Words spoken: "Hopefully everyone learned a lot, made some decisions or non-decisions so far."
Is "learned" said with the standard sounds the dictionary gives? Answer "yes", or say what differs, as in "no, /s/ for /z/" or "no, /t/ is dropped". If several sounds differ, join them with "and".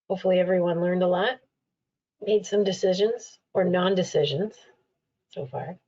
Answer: yes